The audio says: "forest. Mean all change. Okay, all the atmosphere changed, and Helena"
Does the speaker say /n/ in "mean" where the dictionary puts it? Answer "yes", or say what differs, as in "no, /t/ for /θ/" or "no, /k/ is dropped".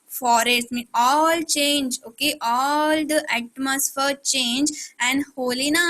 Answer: no, /n/ is dropped